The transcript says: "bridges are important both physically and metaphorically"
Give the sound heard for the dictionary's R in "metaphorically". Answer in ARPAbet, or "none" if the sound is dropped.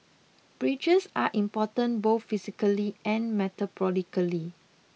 L